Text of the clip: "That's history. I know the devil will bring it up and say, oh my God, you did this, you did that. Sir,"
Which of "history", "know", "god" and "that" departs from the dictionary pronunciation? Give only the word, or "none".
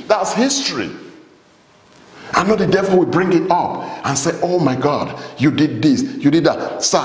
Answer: none